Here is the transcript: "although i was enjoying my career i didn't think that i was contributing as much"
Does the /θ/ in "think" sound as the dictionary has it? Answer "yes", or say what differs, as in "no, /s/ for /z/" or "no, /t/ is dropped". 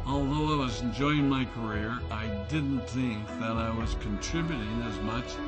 yes